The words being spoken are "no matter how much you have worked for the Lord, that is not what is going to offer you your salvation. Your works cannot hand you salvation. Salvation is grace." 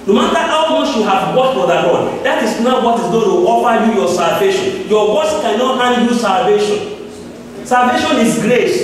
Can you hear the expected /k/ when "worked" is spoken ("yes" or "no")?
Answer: no